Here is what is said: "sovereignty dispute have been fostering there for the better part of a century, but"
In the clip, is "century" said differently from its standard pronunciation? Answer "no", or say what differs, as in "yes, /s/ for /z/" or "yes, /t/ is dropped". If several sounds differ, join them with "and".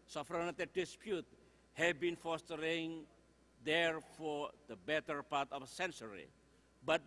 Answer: yes, /s/ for /tʃ/